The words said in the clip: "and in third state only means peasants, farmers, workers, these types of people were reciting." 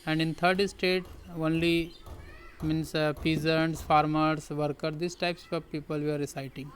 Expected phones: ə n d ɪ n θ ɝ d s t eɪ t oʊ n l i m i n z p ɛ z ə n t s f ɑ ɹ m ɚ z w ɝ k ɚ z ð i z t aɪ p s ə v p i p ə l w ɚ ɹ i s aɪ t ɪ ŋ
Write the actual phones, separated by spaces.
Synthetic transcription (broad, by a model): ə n d ɪ n t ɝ d s t eɪ t oʊ n l i m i n s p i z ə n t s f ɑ ɹ m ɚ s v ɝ k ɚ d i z t aɪ p s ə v p i p ə l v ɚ ɹ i s aɪ t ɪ ŋ